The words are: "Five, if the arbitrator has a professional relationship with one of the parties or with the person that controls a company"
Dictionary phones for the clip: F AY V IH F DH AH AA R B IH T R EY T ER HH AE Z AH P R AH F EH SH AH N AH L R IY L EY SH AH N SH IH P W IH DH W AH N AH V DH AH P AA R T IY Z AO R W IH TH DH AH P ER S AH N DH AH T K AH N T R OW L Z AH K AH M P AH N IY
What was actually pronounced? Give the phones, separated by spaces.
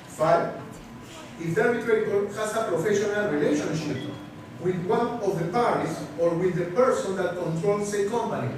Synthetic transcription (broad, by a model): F AY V IH F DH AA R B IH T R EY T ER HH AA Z AH P R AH F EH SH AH N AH L R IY L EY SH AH N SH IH P W IH DH W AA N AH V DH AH P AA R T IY S AO R W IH DH AH P ER S AH N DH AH T K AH N T R OW L S AH K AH M P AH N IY